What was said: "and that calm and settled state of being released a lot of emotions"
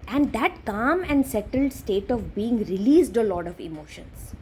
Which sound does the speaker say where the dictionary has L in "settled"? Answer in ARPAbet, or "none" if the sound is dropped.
L